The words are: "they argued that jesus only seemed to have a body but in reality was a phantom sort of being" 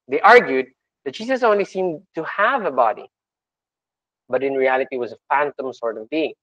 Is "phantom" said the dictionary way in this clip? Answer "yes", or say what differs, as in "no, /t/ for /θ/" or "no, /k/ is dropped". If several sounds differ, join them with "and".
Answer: yes